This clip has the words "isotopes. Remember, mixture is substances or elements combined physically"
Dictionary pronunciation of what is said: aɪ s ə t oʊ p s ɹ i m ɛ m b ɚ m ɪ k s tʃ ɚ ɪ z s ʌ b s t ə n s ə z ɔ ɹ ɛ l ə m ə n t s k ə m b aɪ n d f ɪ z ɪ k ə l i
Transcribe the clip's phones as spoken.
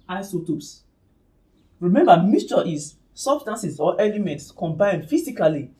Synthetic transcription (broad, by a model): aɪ s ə t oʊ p s ɹ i m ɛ m b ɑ m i s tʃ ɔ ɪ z s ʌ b s t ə n s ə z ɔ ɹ ɛ l ə m ə n t s k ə m b aɪ n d f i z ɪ k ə l i